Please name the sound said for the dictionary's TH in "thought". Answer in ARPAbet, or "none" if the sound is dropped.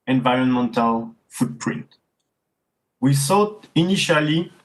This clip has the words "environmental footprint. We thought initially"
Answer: S